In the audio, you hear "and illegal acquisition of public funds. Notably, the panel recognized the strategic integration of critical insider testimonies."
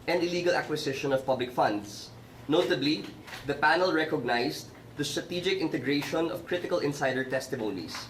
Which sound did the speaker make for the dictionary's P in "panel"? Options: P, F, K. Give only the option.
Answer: P